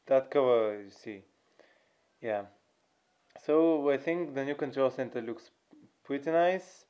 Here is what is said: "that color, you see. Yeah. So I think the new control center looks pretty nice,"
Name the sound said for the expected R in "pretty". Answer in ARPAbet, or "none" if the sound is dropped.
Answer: W